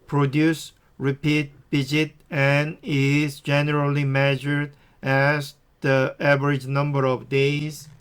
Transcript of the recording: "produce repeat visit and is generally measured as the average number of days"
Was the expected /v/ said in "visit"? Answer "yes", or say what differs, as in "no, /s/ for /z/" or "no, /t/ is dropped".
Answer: no, /b/ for /v/